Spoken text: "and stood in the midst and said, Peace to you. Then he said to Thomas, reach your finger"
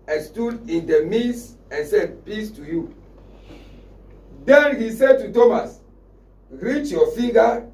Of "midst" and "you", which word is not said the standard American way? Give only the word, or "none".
midst